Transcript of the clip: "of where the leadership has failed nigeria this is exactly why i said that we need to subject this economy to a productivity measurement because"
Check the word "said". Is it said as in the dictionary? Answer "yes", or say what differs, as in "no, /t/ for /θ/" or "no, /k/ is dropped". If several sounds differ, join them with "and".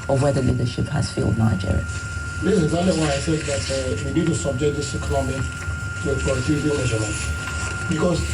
no, /θ/ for /s/